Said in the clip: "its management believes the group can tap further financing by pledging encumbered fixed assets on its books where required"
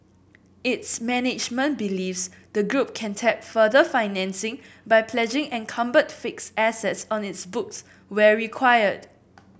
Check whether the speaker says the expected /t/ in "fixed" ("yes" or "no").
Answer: no